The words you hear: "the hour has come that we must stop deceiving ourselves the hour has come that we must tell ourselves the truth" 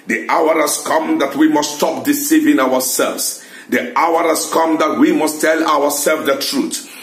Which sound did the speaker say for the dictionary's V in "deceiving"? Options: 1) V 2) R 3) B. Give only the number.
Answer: 1